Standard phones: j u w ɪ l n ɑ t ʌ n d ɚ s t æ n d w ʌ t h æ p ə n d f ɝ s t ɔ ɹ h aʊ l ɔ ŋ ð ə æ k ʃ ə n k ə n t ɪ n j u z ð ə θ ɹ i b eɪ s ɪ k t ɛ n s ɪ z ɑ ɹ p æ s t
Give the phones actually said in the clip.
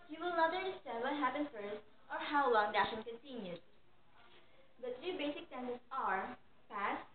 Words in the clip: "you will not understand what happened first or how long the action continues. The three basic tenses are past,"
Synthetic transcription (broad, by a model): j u w ɪ l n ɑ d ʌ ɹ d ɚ s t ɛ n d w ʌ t h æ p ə n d f ɝ s t ɔ ɹ h aʊ l ɔ ŋ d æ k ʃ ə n k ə n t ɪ n j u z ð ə t ɹ i b eɪ s ɪ k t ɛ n ɪ s ɑ ɹ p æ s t